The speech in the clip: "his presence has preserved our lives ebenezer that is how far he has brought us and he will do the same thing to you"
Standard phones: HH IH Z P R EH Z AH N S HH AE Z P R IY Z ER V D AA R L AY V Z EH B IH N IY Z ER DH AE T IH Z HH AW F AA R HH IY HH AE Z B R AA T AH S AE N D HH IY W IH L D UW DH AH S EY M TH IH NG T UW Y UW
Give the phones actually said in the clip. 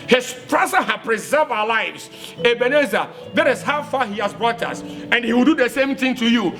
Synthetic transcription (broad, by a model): HH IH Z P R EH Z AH HH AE P R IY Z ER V AA L AY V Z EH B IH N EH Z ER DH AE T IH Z HH AW F AA HH IY HH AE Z B R AA T AH S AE N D HH IY W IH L D UW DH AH S EY M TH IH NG T UW Y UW